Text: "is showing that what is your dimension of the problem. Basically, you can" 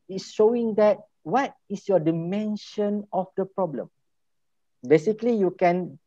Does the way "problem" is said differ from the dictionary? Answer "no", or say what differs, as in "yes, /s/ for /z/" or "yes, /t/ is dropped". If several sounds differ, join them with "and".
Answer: no